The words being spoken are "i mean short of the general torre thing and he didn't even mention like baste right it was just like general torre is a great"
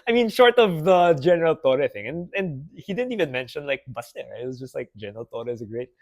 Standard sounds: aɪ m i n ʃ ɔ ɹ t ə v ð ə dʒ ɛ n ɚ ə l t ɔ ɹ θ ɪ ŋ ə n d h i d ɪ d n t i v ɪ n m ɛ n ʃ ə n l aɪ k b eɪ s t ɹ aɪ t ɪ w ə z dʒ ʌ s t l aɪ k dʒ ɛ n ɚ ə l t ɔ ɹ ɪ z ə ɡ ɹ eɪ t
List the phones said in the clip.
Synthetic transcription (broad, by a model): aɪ m i n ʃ ɔ ɹ t ə v ð ə dʒ ɛ n ɚ ə l t ɔ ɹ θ ɪ ŋ ə n d h i d ɪ d n t i v ɪ n m ɛ n ʃ ə n l aɪ k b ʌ s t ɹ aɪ ɪ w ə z dʒ ʌ s t l aɪ k dʒ ɛ n ɚ ə l t ɔ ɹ ɪ z ə ɡ ɹ eɪ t